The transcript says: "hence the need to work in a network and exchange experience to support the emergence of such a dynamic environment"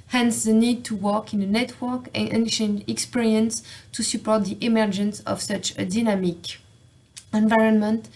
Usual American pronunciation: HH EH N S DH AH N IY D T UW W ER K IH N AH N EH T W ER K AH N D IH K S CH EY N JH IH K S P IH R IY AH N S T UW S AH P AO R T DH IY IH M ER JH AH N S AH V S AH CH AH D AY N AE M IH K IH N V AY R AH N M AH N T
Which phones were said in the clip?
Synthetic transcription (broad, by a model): HH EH N S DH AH N IY D T UW W ER K IH N AH N EH T W ER K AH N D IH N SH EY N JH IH K S P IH R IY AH N S T UW S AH P AO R T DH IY IH M ER JH AH N S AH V S AH CH AH D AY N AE M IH K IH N V AY R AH N M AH N T